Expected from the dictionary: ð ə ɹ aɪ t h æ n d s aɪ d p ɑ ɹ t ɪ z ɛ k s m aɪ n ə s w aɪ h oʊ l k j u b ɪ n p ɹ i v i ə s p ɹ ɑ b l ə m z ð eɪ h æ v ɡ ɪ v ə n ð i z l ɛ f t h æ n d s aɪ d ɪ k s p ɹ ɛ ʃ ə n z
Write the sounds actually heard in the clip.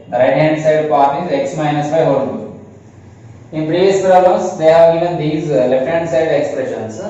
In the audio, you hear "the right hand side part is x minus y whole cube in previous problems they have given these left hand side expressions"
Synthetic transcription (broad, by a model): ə ɹ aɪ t h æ n d s aɪ d p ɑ ɹ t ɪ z ɛ k s m aɪ n ə s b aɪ h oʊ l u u ɪ n p ɹ i v i ə s p ɹ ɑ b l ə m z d eɪ h æ v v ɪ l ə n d i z l ɛ f t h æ n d s aɪ d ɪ k s p ɹ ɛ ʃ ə n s